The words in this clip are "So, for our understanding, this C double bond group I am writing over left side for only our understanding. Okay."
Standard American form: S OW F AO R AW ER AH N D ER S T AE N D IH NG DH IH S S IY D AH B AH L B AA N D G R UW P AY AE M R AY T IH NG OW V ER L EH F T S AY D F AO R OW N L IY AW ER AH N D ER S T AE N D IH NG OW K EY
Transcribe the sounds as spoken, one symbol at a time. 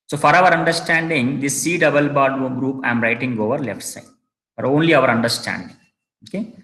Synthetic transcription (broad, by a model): S OW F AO R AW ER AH N D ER S T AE N D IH NG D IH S S IY D AH B AH L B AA D G R UW P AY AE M R AY T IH NG OW V ER L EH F T S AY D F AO R OW N L IY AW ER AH N D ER S T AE N D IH NG OW K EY